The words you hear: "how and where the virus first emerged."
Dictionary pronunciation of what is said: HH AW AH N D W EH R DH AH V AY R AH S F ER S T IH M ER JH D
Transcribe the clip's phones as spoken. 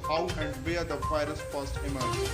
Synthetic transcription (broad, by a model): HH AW AH N D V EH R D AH F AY R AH S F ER S T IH M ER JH